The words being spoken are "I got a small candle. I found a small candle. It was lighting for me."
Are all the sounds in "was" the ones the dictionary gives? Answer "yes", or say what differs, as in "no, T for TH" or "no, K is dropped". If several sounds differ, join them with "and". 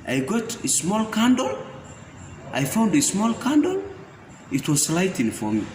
no, S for Z